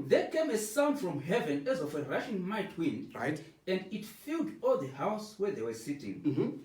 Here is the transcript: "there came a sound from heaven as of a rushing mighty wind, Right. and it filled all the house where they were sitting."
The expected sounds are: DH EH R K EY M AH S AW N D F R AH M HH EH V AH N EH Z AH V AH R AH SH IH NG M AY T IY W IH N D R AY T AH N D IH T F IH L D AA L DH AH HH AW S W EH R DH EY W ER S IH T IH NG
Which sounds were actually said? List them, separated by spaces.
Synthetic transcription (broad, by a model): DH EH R K EY M AH S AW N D F R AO M HH EH V AH N EH Z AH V AH R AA SH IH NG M AY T W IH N R AY T AH N D IH T F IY L D AA L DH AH HH AW S W EH R DH EY W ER S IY T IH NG